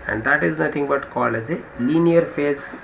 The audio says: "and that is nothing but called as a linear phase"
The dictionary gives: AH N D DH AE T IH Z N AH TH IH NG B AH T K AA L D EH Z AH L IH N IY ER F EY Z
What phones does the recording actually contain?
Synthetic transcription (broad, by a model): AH N D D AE T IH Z N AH T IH NG B AH T K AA L EH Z AH L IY N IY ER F EY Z